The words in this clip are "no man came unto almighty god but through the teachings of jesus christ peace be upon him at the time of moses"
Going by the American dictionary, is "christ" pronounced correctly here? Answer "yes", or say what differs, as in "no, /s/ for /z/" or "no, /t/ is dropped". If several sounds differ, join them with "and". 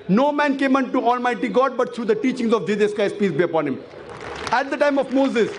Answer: no, /ɹ/ is dropped